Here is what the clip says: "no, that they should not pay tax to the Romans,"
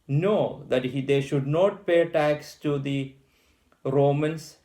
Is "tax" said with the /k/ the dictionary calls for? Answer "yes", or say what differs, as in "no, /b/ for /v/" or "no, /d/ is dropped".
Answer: yes